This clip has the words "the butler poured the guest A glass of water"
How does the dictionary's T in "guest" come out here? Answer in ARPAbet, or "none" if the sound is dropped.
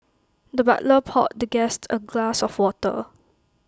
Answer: T